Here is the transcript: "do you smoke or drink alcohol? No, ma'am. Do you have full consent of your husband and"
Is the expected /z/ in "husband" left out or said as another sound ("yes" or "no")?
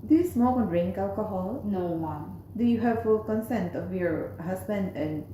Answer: yes